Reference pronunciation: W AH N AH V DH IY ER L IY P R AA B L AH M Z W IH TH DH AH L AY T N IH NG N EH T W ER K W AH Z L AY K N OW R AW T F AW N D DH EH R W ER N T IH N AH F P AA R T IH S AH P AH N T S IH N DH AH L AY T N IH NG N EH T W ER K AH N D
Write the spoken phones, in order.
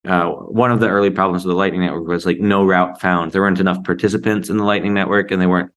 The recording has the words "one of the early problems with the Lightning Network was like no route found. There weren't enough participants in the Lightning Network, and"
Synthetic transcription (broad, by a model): W AH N AH V DH IY ER L IY P R AA B L AH M Z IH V DH AH L AY T N IH NG N EH T W ER K W AH Z L AY K N OW R AW T F AW N D DH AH R W ER N T IH N AH F P AA R T IH S AH P AH N T S IH N DH AH L AY T N IH NG N EH T W ER K AH N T